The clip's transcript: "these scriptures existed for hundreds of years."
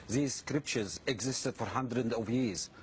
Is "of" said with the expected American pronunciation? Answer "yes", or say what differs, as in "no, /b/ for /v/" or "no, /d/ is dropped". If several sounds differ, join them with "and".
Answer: yes